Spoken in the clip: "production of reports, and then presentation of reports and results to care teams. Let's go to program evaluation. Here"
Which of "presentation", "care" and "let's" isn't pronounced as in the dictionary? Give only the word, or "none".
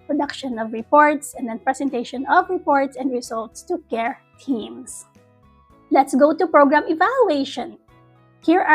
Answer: presentation